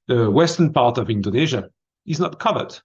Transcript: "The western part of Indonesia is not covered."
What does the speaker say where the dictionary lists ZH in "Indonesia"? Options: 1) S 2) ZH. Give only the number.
2